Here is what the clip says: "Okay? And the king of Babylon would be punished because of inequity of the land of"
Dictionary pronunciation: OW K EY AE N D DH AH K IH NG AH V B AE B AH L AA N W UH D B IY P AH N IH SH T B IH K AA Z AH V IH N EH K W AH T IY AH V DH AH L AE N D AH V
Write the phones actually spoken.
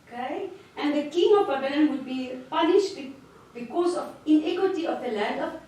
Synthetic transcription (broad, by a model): K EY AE N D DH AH K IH NG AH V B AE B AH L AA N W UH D B IY P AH L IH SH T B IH K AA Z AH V IH N EH K W AH T IY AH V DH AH L AE N D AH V